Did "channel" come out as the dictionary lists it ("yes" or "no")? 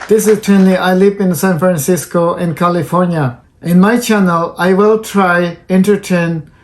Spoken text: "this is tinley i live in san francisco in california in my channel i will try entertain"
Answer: yes